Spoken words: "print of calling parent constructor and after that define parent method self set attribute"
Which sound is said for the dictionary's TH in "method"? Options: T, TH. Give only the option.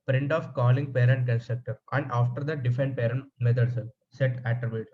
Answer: T